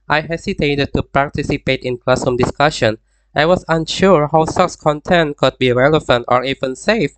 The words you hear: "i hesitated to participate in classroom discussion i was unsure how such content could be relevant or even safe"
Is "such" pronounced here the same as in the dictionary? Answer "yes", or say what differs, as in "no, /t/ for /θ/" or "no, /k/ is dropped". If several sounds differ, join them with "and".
no, /s/ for /tʃ/